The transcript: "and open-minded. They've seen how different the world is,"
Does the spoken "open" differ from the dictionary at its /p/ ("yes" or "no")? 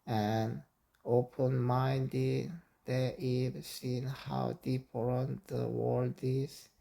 no